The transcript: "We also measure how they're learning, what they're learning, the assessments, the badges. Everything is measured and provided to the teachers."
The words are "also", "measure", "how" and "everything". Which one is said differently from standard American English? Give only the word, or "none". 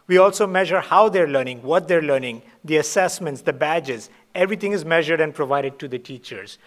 everything